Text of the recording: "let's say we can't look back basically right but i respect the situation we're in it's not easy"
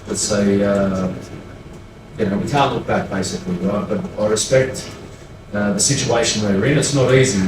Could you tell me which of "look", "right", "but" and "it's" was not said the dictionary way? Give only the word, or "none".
right